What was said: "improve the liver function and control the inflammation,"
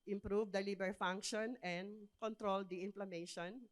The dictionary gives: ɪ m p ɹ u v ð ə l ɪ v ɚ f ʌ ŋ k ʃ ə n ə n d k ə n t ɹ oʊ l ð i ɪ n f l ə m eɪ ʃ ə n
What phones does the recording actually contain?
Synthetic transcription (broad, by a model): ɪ m p ɹ u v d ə l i b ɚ f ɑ ŋ k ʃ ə n ə n d k ə n t ɹ oʊ l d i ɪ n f l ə m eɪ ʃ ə n